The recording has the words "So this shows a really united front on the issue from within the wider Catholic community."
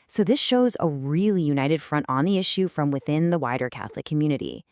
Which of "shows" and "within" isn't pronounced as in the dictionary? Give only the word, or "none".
none